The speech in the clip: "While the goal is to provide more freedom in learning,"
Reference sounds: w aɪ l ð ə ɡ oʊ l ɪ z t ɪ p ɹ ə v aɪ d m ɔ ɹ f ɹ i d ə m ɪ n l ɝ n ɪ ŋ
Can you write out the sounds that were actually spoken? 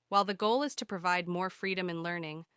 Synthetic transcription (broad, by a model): w aɪ l ð ə ɡ oʊ l ɪ z t ɪ p ɹ ə v aɪ d m ɔ ɹ f ɹ i d ə m ɪ n l ɝ n ɪ ŋ